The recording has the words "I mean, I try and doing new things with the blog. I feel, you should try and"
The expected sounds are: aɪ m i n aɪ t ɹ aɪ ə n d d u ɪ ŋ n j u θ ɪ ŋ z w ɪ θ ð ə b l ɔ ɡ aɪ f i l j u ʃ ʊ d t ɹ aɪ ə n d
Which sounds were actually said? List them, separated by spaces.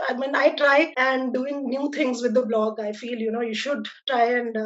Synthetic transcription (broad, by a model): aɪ m i n aɪ t ɹ aɪ ə n d d u ɪ ŋ n j u t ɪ ŋ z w ɪ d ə b l ɔ ɡ aɪ f i l j u ʃ ʊ d t ɹ aɪ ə n d